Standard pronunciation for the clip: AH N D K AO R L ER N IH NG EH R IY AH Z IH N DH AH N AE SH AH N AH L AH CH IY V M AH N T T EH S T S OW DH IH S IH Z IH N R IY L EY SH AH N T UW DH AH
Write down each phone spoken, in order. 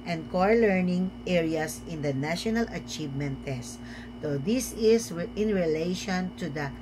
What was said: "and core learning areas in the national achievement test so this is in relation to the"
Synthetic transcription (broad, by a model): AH N D K AO R L ER N IH NG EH R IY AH S IH N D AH N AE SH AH N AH L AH CH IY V M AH N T T EH S T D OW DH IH S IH S IH N R IY L EY SH AH N T UW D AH